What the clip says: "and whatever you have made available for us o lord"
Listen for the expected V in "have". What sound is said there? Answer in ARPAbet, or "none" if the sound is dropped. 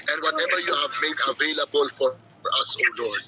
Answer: V